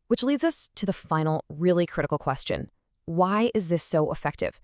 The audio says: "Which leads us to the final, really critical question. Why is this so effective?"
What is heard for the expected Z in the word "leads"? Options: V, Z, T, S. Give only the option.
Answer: Z